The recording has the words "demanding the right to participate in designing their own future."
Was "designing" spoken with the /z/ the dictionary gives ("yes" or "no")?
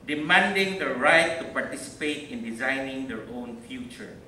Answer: yes